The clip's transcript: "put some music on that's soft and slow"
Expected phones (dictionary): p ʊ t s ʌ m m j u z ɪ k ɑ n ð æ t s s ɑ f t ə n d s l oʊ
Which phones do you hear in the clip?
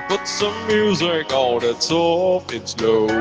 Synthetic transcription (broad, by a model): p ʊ t s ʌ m m j u z ɪ k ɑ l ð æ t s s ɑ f ə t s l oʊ